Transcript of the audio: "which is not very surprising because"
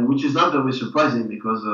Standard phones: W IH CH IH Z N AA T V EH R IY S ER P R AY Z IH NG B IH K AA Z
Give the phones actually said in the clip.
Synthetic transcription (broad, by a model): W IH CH IH Z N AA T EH W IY S ER P R AY Z IH NG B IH K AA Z